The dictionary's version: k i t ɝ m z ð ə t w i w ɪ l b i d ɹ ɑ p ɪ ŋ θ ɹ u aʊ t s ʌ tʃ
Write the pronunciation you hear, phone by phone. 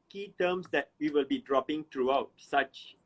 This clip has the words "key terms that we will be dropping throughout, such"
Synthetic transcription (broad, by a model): k i t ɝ m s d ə t w i w ɪ l b i d ɹ ɑ p ɪ ŋ t ɹ u aʊ t s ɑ tʃ